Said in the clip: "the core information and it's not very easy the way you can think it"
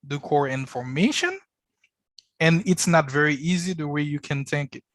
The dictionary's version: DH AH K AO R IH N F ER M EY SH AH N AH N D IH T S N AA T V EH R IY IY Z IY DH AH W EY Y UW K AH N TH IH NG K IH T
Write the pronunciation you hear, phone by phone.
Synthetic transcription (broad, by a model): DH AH K AO R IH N F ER M EY SH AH N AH N IH T S N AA T V EH R IY IY Z IY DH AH W EY Y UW K AH N TH IH NG K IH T